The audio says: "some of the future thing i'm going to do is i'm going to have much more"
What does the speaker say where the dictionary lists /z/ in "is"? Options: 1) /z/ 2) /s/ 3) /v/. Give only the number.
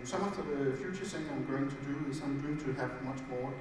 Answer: 2